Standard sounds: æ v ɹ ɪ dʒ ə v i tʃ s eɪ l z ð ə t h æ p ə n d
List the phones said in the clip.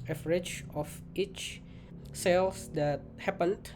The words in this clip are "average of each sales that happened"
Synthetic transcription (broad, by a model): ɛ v ɹ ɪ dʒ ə f i tʃ s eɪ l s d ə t h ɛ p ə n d